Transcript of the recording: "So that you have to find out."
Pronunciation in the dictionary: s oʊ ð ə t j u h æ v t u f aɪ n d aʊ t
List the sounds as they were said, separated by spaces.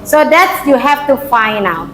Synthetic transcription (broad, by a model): s oʊ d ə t j u h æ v t u f aɪ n aʊ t